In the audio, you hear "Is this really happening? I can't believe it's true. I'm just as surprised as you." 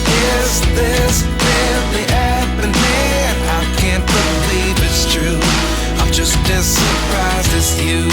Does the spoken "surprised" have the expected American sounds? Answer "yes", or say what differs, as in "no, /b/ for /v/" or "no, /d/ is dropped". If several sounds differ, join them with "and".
no, /d/ is dropped